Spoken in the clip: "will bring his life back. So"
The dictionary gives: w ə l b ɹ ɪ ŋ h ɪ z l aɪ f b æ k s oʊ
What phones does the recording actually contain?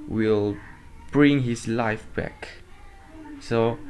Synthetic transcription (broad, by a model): w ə l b ɹ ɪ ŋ h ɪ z l aɪ f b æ k s oʊ